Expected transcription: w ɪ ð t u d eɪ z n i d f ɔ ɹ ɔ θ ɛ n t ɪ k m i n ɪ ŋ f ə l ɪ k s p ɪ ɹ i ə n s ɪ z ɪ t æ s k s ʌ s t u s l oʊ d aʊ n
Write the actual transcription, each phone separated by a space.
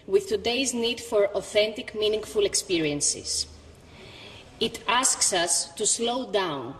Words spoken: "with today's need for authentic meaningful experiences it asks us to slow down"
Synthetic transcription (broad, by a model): w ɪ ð t u d eɪ z n i d f ɔ ɹ ɔ θ ɛ n t ɪ k m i n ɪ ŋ f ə l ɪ k s p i ɹ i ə n s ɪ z ɪ t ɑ s k s ʌ s t u s l oʊ d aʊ n